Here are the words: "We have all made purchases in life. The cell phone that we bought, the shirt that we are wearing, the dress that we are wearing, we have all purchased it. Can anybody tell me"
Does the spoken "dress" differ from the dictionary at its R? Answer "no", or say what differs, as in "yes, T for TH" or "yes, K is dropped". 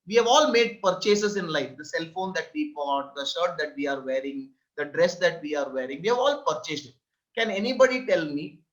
no